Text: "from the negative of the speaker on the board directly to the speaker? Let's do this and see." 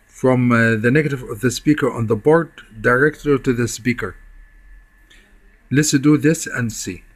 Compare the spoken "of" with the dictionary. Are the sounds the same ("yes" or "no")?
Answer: yes